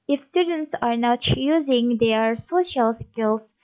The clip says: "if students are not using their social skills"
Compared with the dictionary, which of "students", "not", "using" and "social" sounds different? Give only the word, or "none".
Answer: none